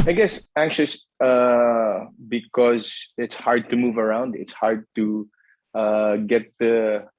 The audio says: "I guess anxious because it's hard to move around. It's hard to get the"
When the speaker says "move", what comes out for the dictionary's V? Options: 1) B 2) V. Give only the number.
2